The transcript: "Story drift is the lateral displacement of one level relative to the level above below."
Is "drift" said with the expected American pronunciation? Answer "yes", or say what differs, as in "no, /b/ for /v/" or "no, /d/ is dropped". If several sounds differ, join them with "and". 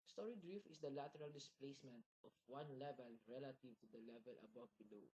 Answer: no, /t/ is dropped